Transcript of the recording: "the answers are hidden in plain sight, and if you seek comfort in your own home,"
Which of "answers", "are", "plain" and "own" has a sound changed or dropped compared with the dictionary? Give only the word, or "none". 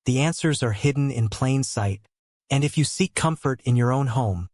none